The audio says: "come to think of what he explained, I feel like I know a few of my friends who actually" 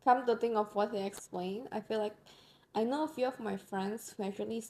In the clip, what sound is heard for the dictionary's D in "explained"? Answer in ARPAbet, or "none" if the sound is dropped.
none